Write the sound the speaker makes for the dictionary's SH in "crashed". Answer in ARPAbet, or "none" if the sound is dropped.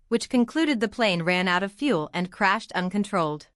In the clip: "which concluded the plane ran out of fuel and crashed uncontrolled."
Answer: SH